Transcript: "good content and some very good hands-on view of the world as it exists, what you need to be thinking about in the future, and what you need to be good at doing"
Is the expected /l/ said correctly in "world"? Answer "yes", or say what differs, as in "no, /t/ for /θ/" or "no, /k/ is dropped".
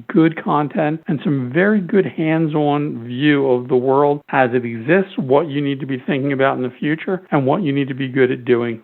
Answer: yes